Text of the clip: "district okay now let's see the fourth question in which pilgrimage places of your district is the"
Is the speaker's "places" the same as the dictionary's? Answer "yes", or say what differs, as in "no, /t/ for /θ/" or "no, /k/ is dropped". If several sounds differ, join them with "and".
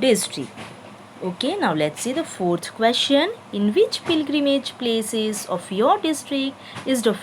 yes